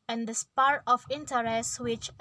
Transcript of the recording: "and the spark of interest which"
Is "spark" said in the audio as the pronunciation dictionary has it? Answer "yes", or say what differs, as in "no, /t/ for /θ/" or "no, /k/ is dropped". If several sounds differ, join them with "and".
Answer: no, /k/ is dropped